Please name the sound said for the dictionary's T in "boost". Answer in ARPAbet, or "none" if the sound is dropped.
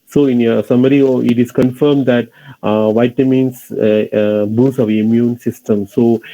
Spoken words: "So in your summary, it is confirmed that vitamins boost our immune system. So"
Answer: none